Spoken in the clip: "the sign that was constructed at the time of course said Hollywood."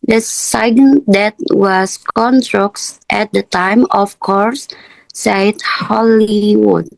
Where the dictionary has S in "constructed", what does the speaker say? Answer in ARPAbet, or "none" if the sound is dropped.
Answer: none